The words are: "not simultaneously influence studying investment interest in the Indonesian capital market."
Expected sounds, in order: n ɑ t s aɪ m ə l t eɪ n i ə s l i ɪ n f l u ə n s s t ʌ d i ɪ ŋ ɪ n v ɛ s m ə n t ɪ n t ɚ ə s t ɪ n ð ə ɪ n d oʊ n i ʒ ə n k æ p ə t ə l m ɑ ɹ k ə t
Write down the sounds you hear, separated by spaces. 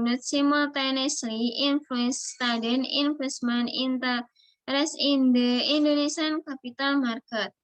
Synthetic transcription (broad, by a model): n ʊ t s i m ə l t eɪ n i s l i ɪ n f l u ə n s s t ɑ d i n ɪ n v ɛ s m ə n i n t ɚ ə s ɪ n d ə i n d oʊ n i s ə n k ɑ p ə t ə l m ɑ ɹ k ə t